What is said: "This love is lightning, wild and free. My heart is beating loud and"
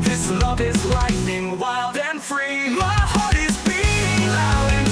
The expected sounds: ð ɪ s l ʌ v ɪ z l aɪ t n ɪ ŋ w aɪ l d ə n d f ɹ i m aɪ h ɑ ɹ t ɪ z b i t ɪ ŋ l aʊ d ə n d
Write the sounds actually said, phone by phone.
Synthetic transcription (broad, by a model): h ɪ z l ʌ v ɪ z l aɪ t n ɪ ŋ w aɪ l d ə n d f ɹ i m aɪ h ɑ ɹ t ɪ z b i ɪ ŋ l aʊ ə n